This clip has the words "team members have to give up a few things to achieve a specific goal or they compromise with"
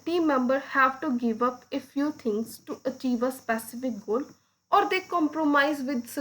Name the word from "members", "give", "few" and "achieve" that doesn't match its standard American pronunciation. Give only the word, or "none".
members